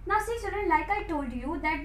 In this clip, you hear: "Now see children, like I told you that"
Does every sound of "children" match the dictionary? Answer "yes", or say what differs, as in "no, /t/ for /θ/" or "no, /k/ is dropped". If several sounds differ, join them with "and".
no, /s/ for /tʃ/ and /l/ is dropped